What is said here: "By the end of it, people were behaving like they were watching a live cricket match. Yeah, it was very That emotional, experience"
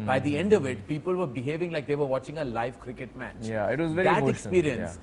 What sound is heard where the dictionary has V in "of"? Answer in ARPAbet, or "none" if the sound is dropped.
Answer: V